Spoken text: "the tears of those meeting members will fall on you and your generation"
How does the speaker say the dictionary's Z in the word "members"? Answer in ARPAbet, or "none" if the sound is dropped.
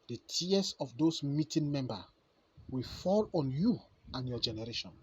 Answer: none